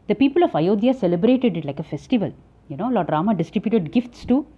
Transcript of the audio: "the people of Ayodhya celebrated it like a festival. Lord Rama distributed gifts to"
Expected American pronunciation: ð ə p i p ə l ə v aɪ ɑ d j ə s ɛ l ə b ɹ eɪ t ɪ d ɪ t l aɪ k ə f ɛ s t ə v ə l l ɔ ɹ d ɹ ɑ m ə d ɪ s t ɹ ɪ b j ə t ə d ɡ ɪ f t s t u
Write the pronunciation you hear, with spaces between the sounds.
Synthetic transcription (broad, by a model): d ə p i p ə l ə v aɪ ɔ d j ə s ɛ l ə b ɹ eɪ t ɪ d ɪ t l aɪ k ə f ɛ s t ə v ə l n ɔ l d ɹ ɑ m ə d ɪ s t ɹ ɪ b j ə t ə d ɡ ɪ f t s t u